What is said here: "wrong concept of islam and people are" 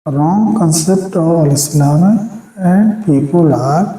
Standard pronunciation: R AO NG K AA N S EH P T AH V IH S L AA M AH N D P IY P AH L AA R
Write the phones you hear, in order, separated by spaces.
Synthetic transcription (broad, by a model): R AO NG K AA N S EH P T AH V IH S N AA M AH N D P IY P AH L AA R